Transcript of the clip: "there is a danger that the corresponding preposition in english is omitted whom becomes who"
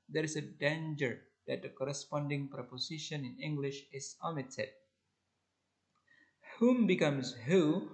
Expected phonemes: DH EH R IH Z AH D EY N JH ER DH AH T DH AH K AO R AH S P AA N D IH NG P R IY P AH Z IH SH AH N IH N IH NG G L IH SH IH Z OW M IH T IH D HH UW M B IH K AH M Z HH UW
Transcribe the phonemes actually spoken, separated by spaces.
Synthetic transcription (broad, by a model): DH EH R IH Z AH D EY N JH ER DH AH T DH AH K AO R AH S P AA N D IH NG P R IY P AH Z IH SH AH N IH N IH NG G L IH SH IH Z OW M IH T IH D HH UW M B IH K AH M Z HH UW